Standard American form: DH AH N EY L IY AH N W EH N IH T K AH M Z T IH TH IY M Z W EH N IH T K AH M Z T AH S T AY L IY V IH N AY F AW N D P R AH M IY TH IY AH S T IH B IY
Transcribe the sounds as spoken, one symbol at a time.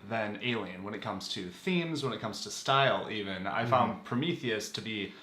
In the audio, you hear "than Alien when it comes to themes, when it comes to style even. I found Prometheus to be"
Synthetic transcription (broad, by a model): DH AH N EY L IY AH N W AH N IH T K AH M Z T IH TH IY M Z W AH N IH T K AH M Z T AH S T AY L IY V IH N AY F AW N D P R AH M IY TH IY AH S T IH B IY